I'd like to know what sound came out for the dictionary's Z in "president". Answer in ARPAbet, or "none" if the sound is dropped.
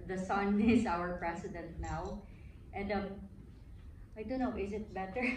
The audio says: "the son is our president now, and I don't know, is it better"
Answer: S